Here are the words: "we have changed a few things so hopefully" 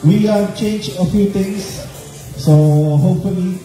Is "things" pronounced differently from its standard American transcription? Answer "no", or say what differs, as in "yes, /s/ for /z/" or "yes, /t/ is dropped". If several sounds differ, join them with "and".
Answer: yes, /t/ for /θ/